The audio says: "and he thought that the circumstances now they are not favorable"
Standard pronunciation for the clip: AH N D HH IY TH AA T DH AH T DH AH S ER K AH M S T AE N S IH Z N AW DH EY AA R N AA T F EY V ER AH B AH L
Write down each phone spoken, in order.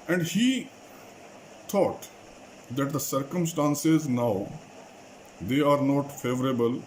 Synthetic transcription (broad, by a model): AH N D HH IY T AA T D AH T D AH S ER K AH M S T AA N S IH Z N AW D EY AA R N AA T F EY V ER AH B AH L